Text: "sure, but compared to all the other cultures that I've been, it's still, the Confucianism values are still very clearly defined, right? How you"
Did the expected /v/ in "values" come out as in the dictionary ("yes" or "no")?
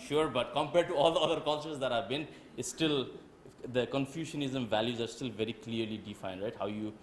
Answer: yes